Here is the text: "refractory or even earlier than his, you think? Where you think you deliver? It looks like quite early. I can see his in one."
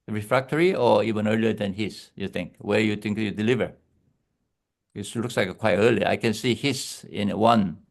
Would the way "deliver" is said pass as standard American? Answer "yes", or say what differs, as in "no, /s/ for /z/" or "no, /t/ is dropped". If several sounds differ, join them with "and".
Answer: yes